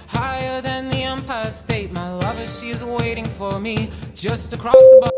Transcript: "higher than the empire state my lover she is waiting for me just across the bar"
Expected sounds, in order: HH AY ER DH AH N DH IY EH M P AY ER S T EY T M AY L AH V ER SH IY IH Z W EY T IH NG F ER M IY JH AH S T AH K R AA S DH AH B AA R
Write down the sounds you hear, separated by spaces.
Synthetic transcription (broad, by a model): HH AY ER DH AH N DH IY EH M P AY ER S T EY T M AY L AH V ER SH IY IH Z W EY T IH NG F ER M IY JH AH S T AH K R AA S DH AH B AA